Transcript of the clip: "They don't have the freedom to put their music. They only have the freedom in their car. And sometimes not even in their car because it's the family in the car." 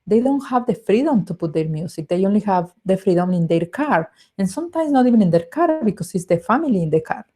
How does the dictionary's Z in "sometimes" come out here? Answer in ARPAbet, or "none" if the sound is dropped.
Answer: S